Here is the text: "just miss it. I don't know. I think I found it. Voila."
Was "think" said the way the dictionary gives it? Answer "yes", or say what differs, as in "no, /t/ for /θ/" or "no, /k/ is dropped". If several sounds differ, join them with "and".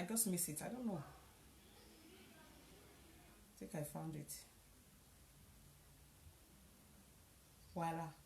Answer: no, /t/ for /θ/ and /ŋ/ is dropped